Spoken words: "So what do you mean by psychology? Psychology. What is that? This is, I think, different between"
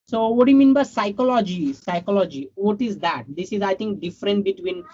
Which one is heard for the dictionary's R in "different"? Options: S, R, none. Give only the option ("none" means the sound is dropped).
R